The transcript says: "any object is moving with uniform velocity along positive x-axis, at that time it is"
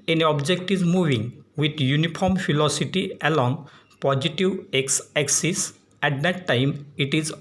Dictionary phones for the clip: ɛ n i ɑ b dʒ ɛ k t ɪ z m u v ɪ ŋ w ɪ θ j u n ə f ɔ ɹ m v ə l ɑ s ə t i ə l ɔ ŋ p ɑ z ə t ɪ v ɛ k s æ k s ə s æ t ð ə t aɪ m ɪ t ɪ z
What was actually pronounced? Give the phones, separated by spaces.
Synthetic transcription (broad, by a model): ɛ n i ɑ b dʒ ɛ k t ɪ z m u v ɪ ŋ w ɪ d j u n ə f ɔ ɹ m p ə l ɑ s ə t i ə l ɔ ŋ p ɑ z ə t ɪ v ɛ k s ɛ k s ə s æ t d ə t aɪ m ɪ t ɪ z